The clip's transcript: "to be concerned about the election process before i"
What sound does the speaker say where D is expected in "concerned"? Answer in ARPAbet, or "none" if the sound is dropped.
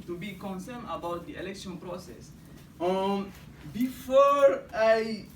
none